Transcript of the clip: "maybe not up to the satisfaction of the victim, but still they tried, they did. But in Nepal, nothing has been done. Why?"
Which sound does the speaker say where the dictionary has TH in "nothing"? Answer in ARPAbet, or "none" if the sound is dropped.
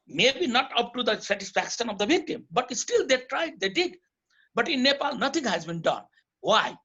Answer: T